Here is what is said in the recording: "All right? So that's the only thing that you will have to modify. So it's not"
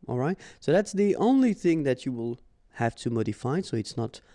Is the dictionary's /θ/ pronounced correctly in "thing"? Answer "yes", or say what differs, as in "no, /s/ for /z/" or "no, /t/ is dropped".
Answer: yes